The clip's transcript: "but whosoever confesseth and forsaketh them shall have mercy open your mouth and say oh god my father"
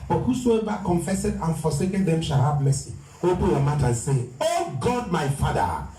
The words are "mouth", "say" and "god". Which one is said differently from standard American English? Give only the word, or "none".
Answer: mouth